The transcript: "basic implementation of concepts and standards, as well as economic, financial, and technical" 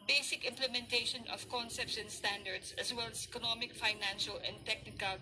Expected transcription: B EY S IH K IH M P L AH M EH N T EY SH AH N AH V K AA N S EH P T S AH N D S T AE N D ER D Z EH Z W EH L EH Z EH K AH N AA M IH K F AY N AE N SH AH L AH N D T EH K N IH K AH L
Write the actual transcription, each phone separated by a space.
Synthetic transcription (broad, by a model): B EY S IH K IH M P L AH M EH N T EY SH AH N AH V K AA N S EH P T S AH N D S T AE N D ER D S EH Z W EH L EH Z EH K AH N AA M IH K F AY N AE N SH AH L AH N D T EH K N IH K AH L